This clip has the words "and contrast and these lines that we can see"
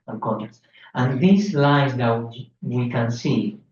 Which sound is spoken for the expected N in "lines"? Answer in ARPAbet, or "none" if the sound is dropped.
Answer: none